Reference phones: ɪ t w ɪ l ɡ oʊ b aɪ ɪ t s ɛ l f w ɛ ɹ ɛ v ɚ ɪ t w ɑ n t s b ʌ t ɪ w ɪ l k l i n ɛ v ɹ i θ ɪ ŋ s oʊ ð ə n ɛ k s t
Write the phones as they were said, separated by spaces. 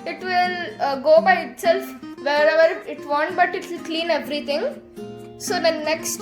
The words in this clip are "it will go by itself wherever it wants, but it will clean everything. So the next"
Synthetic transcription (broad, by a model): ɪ t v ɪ l ɡ oʊ b aɪ ɪ t s ɛ l f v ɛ ɹ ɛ v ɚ ɪ t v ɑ n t b ʌ t ɪ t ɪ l k l i n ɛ v ɹ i t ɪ ŋ s oʊ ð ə n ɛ k s t